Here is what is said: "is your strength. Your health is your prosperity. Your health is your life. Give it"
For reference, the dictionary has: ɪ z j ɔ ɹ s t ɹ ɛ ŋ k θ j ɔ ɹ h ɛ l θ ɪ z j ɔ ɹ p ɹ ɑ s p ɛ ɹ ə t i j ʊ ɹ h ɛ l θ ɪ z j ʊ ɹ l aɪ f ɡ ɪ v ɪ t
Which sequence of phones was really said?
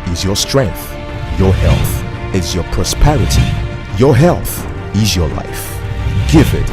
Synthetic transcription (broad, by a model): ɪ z j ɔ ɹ s t ɹ ɛ ŋ k θ j ɔ ɹ h ɛ l θ ɪ z j ɔ ɹ p ɹ ɑ s p ɛ ɹ ə t i j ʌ ɹ h ɛ l θ ɪ z j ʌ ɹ l aɪ f ɡ ɪ v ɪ t